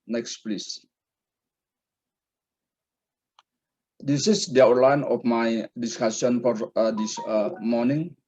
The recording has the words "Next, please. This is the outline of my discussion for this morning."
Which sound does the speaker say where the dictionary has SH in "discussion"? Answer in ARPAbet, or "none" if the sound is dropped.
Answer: S